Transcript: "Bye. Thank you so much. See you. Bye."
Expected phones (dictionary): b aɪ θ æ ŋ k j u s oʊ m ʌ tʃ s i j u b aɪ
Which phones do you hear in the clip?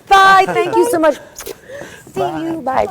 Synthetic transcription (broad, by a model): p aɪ t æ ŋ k j u s oʊ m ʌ ʃ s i j u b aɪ